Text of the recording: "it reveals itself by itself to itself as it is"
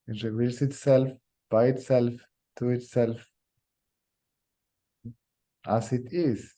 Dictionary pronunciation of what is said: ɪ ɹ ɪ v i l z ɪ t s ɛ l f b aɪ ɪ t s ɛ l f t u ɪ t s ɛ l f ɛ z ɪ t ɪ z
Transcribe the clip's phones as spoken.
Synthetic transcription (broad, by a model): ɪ w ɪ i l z ɪ t s ɛ l f b aɪ ɪ t s ɛ l f t u ɪ t s ɛ l f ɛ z ɪ t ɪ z